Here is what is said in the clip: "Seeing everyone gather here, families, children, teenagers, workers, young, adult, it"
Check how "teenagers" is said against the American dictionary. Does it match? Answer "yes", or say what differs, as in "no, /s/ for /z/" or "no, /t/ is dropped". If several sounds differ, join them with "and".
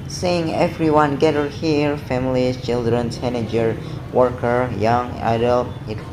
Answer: no, /s/ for /t/ and /z/ is dropped